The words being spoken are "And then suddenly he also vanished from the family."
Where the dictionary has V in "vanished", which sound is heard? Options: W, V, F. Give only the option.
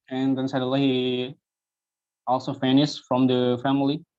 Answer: F